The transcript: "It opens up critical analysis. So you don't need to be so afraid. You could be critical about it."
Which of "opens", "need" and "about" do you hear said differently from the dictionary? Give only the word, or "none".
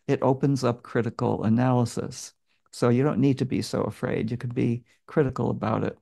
none